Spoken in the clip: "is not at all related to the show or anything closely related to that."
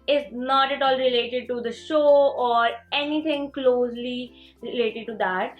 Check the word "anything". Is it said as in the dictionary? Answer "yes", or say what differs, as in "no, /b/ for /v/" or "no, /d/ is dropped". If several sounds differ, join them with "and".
no, /t/ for /θ/